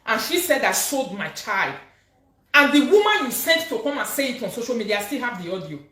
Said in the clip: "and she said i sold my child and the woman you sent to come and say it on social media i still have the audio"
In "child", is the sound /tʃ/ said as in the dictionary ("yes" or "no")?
yes